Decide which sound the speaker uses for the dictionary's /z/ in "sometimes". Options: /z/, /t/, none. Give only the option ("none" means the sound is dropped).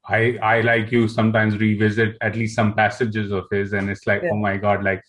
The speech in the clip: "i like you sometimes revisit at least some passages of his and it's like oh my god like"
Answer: /z/